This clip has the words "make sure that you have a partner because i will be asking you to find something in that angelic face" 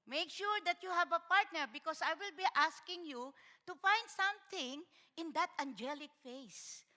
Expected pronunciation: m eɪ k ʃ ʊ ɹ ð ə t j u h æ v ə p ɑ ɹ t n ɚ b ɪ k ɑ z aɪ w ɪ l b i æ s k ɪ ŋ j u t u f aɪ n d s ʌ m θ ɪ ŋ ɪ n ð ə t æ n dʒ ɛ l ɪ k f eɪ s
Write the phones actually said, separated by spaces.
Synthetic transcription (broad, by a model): m eɪ k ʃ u ɹ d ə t j u h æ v ə p ɑ ɹ t n ɚ b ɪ k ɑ s aɪ w ɪ l b i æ s k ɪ ŋ j u t u f aɪ n d s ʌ m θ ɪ ŋ ɪ n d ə t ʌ n dʒ ɛ l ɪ k f eɪ s